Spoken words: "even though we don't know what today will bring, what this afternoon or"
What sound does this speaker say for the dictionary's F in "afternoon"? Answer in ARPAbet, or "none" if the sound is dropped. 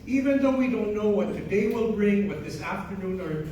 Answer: F